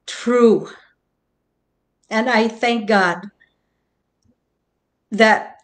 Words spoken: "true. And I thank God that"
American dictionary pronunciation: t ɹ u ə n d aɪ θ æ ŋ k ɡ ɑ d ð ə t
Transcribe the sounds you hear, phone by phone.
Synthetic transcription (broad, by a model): t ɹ u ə n aɪ θ æ ŋ k ɡ ɑ d ð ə t